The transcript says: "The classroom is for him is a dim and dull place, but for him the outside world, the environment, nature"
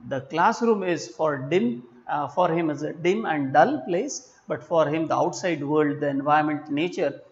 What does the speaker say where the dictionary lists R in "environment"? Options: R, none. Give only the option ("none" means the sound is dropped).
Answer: none